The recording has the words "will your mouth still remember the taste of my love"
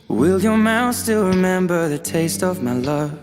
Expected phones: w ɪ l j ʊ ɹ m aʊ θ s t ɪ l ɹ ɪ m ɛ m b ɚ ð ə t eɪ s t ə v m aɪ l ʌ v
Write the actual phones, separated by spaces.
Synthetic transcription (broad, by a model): w ɪ l j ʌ ɹ m aʊ θ s t ɪ l ɹ ɪ m ɛ m b ɚ ð ə t eɪ s t ə v m aɪ l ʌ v